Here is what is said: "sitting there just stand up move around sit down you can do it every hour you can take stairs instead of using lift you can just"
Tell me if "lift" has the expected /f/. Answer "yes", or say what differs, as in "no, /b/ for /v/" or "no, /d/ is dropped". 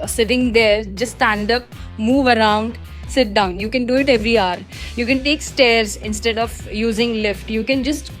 yes